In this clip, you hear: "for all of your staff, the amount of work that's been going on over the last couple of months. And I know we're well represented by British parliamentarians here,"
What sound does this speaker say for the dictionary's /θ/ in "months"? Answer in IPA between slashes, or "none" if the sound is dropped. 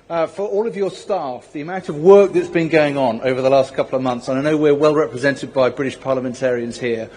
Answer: /θ/